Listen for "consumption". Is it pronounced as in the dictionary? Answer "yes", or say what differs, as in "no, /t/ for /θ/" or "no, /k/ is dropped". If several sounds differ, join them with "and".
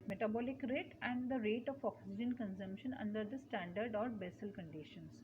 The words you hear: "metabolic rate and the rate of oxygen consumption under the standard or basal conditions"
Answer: yes